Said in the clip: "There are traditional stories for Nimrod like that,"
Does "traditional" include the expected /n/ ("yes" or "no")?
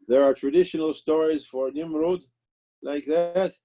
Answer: yes